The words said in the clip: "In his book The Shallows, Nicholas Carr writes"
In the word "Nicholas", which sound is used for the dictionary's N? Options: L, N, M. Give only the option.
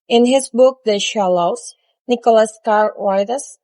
N